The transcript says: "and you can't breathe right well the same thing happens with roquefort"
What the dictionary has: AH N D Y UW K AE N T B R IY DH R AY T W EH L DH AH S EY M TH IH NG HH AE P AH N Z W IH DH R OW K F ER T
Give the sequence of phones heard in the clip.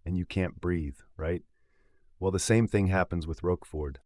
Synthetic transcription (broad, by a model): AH N Y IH K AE N B R IY DH R AY T W EH L DH AH S EY M TH IH NG HH AE P AH N Z W IH DH R OW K F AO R